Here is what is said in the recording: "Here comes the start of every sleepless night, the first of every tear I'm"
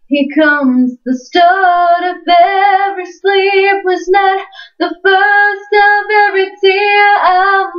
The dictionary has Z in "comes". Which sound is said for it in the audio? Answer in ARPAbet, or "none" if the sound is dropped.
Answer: Z